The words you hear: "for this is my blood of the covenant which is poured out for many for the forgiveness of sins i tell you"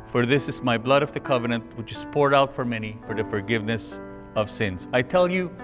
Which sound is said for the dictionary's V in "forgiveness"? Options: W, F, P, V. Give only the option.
V